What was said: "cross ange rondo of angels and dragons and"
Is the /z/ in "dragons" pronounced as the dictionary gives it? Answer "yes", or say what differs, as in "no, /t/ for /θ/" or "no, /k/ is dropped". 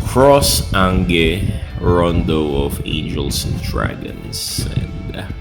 no, /s/ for /z/